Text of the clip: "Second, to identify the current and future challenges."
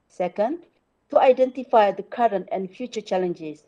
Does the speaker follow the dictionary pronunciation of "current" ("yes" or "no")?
yes